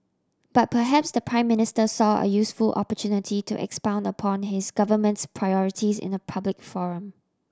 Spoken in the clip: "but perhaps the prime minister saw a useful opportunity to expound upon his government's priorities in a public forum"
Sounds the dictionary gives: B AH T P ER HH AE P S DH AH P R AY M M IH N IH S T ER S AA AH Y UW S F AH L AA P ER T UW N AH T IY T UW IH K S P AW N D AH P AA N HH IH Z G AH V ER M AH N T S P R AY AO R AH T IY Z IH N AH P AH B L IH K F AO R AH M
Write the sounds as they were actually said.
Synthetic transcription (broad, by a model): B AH T P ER HH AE P S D AH P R AY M M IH N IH S T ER S AA AH Y UW S F AH L AA P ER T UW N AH T IY T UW IH K S P AW N D AH P AA N HH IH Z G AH V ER M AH N T S P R AY AO R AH T IY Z IH N AH P AH B L IH K F AO R AH M